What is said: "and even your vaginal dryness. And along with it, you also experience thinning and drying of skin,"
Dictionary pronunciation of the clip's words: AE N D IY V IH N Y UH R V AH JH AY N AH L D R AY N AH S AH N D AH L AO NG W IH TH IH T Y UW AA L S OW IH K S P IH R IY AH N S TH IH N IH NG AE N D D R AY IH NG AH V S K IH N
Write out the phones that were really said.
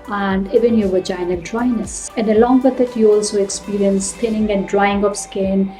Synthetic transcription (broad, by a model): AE N D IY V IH N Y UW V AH JH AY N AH N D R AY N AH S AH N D AH L AO NG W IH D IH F Y UW AA L S OW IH K S P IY R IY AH N S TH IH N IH NG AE N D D R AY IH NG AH F S K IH N